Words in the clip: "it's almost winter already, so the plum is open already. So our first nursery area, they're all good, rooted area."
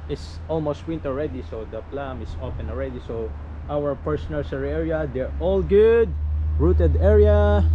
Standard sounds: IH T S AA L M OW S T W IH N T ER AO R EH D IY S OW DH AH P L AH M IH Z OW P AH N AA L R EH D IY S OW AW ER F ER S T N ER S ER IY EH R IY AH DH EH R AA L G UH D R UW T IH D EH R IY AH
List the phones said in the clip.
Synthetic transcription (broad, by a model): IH T S AA L M OW S T W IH N T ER AO R EH D IY S OW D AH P L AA M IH S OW F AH N AA L R EH D IY S OW AW ER P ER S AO N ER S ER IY EH R IY AH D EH R AA L G UH D R UW T IH D EH R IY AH